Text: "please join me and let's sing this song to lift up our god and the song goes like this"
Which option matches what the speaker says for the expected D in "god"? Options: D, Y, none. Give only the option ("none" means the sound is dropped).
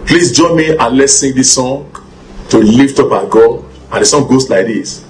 none